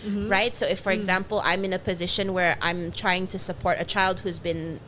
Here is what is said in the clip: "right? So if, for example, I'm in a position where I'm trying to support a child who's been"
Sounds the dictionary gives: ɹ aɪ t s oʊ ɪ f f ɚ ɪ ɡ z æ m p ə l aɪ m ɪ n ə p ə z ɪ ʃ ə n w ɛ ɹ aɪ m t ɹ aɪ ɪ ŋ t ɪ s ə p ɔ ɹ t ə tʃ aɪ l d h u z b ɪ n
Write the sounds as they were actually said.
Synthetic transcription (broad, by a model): ɹ aɪ t s oʊ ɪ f f ɚ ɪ ɡ z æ m p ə l aɪ m ɪ n ə p ə z ɪ ʃ ə n w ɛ ɹ aɪ m t ɹ aɪ ɪ ŋ t ɪ s ə p ɔ ɹ t ə tʃ aɪ l d h u z b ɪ n